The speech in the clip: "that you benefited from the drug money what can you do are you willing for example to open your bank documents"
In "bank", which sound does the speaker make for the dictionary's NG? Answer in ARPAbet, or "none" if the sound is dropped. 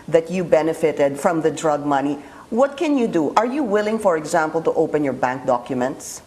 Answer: NG